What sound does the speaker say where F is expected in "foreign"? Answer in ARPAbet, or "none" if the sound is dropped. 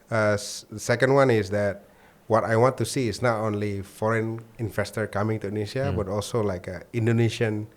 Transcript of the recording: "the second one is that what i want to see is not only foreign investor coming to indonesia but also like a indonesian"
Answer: F